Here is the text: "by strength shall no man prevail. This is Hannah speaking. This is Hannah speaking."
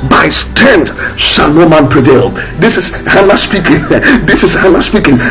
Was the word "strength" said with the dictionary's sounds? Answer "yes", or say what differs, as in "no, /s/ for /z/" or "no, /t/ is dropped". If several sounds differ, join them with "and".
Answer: no, /ɹ/ is dropped